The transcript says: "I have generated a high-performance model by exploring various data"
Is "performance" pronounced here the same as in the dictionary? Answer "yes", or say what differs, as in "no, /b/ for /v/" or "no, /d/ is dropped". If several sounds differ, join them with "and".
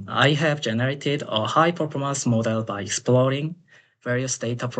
no, /n/ is dropped